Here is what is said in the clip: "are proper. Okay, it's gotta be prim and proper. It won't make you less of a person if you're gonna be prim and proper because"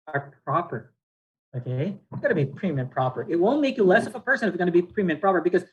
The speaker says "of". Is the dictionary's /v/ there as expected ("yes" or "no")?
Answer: yes